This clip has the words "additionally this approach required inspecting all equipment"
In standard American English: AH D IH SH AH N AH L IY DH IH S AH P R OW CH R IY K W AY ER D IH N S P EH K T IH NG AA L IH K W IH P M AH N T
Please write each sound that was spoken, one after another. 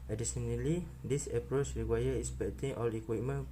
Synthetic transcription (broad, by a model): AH D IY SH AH N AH L IY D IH S AH P R OW CH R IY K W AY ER IH S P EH T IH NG AA L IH K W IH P M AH N